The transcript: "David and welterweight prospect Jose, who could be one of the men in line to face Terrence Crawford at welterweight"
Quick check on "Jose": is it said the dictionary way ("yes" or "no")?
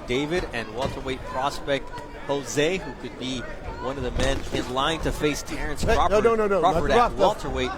yes